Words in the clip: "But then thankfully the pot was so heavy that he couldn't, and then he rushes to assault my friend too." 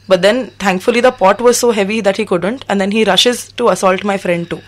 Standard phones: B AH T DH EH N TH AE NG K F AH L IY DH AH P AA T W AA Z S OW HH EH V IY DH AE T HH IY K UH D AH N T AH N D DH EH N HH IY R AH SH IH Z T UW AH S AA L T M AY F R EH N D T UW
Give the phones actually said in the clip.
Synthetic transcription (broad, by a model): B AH T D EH N T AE NG K F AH L IY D AH P AA T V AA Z S OW HH EH V IY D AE T HH IY K UH D AH N T AH N D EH N HH IY R AH SH IH Z T UW AH S AA L T M AY F R EH N D T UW